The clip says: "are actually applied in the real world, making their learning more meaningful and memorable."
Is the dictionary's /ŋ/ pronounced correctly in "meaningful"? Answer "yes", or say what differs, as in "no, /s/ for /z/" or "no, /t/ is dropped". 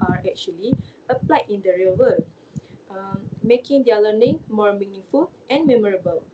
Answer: yes